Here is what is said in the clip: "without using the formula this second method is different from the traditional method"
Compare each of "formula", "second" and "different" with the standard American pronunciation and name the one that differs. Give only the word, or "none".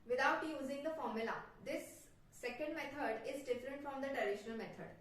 none